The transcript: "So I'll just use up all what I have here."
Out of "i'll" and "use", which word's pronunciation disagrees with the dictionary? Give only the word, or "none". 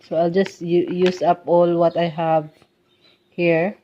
none